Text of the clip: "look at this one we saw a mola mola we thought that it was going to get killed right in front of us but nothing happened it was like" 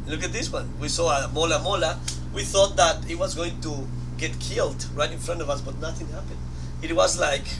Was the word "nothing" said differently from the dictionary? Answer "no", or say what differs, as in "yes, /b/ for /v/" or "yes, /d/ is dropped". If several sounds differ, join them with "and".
no